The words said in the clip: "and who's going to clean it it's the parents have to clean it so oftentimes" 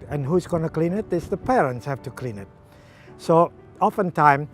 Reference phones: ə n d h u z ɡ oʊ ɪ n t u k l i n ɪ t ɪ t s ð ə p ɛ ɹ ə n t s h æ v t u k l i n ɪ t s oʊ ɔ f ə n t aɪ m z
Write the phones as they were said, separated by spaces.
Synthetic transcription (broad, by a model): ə n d h u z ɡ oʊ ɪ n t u k l i n ɪ t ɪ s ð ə p ɛ ɹ ə n t s h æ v t u k l i n ɪ t s oʊ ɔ f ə n t aɪ m